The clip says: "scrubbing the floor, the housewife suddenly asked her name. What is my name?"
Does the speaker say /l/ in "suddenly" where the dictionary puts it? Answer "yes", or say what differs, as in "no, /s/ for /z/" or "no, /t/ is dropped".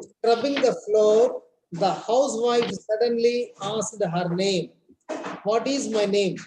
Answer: yes